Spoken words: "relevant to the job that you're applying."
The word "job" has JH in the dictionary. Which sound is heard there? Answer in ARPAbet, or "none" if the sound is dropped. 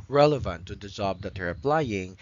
Z